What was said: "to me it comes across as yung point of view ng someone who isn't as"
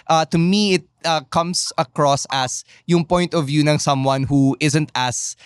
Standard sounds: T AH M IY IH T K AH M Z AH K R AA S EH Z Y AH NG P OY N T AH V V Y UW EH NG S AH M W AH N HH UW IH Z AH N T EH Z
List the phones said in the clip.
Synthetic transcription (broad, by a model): T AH M IY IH T K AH M S AH K R AA S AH S Y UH NG P OY N T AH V V Y UW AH NG S AH M W AH N HH UW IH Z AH N T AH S